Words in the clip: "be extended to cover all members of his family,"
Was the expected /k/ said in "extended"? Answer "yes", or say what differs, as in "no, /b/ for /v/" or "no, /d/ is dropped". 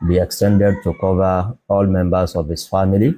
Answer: yes